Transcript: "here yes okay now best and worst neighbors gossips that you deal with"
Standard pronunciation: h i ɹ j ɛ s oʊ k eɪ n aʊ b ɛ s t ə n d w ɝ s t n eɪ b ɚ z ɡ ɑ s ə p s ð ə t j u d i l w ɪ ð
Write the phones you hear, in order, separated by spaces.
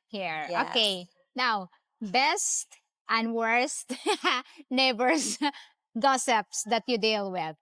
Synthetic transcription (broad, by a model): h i ɹ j oʊ k eɪ n aʊ b ɛ s t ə n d w ɝ s t n eɪ b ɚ s ɡ ɑ s ə p s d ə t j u d i l w ɪ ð